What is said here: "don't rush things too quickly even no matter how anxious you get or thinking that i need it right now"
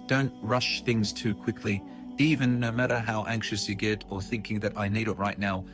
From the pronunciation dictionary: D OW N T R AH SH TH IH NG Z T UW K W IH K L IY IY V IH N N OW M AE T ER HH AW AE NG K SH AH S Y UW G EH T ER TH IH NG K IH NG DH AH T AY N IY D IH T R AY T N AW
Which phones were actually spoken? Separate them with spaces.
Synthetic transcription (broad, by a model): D OW N T R AH SH TH IH NG Z T UW K W IH K L IY IY V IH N N OW M AE T ER HH AW AE NG K SH AH S Y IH G EH T ER TH IH NG K IH NG DH AH T AY N IY D IH T R AY T N AW